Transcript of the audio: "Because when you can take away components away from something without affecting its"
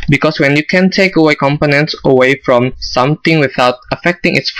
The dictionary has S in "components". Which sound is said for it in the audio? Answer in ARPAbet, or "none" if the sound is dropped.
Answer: S